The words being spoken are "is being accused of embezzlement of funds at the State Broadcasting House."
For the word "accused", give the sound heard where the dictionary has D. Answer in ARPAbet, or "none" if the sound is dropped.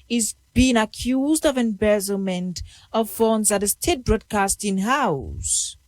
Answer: D